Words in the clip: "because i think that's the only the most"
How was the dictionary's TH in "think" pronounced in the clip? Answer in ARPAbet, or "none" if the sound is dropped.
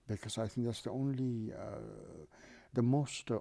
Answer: TH